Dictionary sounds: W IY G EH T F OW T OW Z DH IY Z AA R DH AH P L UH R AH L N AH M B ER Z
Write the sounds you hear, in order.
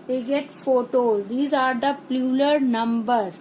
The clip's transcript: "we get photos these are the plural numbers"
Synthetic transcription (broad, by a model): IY G EH T F OW T OW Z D IY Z AA R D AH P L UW L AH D N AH M B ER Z